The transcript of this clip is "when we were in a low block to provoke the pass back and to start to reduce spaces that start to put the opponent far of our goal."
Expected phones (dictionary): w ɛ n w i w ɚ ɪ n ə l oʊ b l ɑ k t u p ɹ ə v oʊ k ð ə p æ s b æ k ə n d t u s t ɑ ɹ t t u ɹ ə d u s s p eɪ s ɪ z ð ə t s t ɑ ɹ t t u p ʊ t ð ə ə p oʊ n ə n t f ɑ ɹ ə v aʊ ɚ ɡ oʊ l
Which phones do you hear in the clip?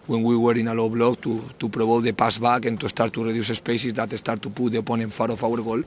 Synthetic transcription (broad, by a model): w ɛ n w i w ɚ ɪ n ə l oʊ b l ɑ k t u p ɹ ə b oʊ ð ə p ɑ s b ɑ k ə n t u s t ɑ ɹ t t u ɹ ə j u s s p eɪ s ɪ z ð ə t s t ɑ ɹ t t u p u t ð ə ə p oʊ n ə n f ɑ ɹ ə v aʊ ɚ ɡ oʊ l